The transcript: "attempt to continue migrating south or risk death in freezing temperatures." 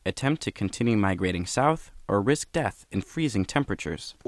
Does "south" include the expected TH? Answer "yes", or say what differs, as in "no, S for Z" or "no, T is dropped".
yes